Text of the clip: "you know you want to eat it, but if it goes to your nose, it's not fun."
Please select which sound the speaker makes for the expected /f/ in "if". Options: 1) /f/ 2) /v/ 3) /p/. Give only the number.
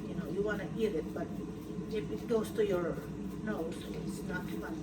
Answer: 3